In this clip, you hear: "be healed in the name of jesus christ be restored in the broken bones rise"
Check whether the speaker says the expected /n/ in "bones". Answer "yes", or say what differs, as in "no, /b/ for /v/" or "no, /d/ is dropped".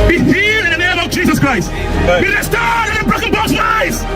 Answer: no, /n/ is dropped